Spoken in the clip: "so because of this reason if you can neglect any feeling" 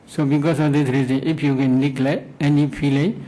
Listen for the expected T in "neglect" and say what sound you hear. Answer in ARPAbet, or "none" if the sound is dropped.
none